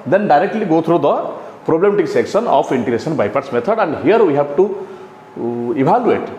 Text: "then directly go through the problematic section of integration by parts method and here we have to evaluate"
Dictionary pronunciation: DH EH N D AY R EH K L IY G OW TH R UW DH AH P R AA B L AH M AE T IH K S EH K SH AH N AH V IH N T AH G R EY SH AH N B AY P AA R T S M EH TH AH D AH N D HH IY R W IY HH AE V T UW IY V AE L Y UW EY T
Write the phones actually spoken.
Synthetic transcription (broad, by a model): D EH N D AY R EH K L IY G OW T R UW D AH P R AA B L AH M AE T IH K S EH K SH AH N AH P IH N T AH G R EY S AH N B AY P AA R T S M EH T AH D AH N D HH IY R W IY HH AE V T UW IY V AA L Y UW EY T